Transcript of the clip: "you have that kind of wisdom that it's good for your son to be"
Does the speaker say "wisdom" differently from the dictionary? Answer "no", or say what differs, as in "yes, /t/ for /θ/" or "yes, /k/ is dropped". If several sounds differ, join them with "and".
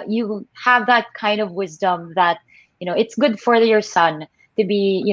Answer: no